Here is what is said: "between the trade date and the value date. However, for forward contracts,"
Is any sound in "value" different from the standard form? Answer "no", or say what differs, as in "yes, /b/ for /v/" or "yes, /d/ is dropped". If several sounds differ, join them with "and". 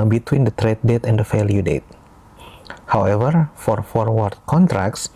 yes, /f/ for /v/